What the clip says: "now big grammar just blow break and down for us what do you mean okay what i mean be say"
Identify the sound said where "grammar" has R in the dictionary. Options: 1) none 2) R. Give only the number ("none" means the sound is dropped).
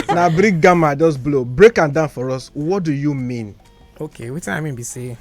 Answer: 1